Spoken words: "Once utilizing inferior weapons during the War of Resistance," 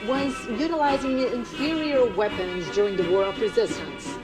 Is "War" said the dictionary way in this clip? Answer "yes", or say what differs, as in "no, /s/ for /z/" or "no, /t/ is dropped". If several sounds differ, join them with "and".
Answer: yes